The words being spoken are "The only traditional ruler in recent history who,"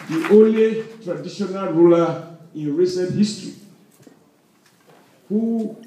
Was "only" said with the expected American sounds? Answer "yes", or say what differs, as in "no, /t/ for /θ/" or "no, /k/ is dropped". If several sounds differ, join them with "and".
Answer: no, /n/ is dropped